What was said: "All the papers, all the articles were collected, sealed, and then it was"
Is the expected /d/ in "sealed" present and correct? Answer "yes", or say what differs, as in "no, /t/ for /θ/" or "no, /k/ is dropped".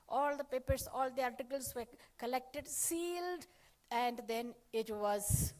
yes